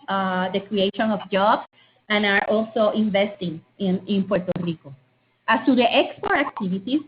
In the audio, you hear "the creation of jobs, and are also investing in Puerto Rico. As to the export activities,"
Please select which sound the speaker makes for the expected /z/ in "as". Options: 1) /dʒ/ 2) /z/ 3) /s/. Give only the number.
3